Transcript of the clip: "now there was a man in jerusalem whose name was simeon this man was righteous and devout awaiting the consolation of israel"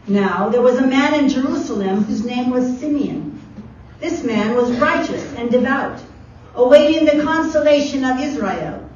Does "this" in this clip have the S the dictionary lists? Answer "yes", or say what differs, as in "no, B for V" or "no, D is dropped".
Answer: yes